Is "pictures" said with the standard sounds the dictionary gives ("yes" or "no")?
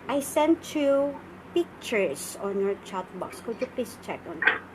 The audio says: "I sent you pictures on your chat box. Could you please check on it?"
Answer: no